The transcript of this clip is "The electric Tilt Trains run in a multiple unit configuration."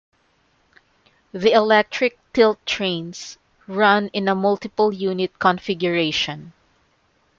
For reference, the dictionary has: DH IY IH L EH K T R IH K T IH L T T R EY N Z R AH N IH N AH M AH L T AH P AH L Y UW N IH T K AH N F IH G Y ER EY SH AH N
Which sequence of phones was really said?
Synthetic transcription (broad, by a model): DH IY IH L EH K T R IH K T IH L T T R EY N S R AH N IH N AH M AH L T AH P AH L Y UW N IH T K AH N F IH G Y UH EY SH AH N